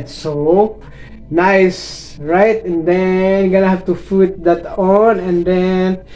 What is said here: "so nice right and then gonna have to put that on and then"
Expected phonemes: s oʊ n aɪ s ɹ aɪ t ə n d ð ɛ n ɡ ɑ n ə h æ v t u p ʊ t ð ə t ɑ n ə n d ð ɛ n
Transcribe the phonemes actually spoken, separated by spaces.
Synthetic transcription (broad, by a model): s oʊ n aɪ s ɹ aɪ t ə n d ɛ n ɡ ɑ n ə h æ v t u f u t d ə t ɑ n ə n d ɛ n